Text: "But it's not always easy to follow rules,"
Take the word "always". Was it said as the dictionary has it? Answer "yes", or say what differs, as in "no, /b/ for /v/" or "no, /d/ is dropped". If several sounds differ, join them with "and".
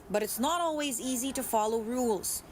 yes